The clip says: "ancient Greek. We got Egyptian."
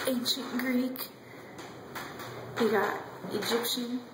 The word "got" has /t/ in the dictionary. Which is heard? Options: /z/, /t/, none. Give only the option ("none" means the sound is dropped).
none